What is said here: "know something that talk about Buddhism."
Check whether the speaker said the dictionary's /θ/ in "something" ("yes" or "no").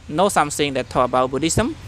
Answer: no